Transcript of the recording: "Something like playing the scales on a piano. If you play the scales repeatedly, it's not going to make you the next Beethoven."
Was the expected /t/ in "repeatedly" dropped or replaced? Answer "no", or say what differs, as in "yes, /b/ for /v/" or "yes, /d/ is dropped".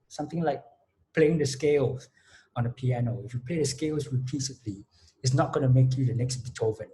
yes, /s/ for /t/